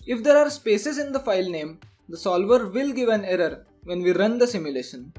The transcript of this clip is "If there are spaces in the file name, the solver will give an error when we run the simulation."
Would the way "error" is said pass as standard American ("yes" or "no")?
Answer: yes